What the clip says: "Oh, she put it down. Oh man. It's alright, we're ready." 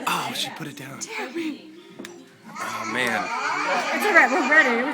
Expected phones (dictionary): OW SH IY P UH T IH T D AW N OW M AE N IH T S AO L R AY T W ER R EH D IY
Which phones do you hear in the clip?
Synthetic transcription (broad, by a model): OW SH IY P UH T IH T D AW N OW M AE N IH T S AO R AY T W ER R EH D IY